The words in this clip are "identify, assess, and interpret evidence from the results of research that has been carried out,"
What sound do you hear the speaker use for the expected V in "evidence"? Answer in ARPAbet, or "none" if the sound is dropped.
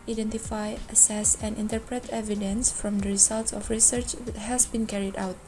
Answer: V